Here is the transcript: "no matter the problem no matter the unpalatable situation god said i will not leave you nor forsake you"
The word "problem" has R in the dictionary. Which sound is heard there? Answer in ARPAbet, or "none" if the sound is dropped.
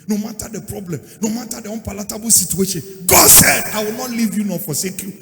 R